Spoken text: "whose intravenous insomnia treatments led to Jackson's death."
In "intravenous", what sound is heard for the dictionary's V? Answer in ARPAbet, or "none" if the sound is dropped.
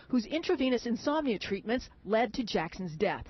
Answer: V